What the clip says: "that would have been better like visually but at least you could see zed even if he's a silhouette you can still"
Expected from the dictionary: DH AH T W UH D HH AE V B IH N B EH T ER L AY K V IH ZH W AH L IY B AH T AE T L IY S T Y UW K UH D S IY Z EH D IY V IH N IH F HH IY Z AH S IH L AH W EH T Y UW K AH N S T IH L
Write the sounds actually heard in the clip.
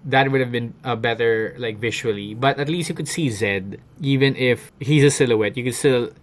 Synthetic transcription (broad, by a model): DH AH T W UH D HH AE V B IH N B EH T ER L AY K V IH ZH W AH L IY B AH T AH T L IY S T Y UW K UH D S IY Z EH D IY V IH N IH F HH IY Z AH S IH L AH W EH T Y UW K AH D S T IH L